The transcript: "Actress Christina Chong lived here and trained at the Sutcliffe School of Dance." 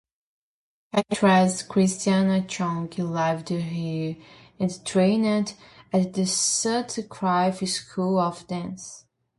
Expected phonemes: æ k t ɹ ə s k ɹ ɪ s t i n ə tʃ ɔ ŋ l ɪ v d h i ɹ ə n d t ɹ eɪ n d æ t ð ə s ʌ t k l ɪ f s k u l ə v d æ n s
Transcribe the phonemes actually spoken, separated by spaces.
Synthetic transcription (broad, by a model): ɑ t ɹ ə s k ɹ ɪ s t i n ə tʃ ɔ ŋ l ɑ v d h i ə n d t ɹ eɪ n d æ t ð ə s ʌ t k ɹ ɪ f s k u l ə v d æ n s